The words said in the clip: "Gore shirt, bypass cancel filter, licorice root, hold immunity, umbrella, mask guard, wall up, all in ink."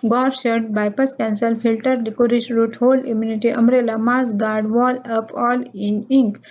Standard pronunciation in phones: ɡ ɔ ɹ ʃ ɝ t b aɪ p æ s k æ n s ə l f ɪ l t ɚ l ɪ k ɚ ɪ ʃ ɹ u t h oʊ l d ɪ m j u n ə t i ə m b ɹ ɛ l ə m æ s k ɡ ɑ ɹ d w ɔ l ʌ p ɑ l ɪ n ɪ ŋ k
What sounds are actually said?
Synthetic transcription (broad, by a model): ɡ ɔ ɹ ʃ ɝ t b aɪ p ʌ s k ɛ n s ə l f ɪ l t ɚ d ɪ k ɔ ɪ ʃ ɹ u t h oʊ l ɪ m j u n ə t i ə m ɹ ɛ l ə m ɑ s ɡ ɑ ɹ d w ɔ l ʌ p ɑ l ɪ n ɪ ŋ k